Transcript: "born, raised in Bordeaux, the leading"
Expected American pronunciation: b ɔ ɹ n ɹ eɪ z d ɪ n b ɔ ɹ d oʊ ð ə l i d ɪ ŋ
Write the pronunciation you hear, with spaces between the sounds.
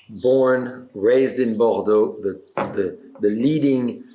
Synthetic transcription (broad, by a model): b ɔ ɹ n ɹ eɪ z d ɪ n b ɔ ɹ d oʊ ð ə l i d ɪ ŋ